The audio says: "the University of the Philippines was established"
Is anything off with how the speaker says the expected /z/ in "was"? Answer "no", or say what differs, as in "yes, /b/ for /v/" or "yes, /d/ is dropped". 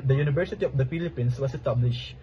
yes, /s/ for /z/